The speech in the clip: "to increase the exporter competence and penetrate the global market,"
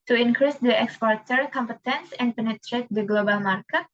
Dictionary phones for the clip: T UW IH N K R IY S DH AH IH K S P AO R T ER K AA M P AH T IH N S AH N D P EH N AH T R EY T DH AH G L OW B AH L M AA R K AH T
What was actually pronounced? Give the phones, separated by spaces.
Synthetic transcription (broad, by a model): T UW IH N K R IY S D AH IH K S P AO R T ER K AA M P AH T IH N S AH N D P EH N AH T R EY T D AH G L OW B AH L M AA R K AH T